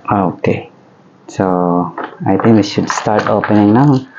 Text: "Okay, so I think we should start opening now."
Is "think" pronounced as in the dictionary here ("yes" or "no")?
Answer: no